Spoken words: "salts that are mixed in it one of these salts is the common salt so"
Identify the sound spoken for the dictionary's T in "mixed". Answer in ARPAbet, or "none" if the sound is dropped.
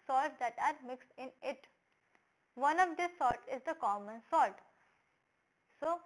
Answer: T